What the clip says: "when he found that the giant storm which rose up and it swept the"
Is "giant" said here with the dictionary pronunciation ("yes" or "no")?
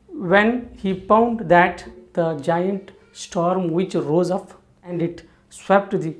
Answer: yes